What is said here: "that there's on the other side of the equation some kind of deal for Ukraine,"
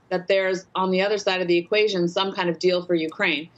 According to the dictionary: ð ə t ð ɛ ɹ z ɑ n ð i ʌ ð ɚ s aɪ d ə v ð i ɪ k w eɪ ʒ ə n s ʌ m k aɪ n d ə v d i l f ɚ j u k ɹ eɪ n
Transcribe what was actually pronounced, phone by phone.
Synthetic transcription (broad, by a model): ð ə t ð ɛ ɹ z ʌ n ð i ʌ ð ɚ s aɪ d ə v ð i ɪ k w eɪ ʒ ə n s ʌ m k aɪ n d ə v d i l f ɚ j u k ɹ eɪ n